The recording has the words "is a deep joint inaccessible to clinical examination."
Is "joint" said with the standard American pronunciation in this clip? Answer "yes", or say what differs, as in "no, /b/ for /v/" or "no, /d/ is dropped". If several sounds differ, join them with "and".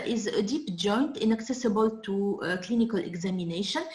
yes